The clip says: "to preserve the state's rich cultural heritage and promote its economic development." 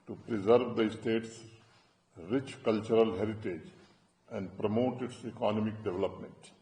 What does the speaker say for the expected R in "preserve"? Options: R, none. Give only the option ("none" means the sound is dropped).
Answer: R